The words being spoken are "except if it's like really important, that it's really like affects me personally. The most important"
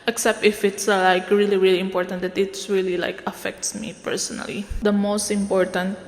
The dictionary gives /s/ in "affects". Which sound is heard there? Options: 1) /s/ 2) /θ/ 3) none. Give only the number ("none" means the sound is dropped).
1